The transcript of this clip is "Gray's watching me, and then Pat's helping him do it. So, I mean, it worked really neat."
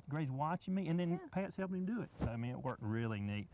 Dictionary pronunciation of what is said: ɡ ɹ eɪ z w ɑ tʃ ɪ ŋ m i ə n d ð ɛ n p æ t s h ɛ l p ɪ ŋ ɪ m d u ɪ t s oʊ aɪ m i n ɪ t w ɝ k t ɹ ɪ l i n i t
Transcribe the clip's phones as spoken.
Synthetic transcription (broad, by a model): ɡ ɹ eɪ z w ɑ tʃ ɪ ŋ m i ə n ð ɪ n p æ t s h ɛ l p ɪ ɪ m d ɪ ɪ t s oʊ aɪ m i n ɪ t w ɝ k t ɹ ɪ l i n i t